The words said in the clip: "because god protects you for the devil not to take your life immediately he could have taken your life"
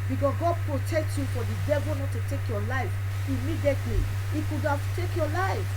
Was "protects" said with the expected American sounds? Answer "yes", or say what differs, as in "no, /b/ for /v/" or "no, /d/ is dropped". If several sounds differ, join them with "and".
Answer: no, /s/ is dropped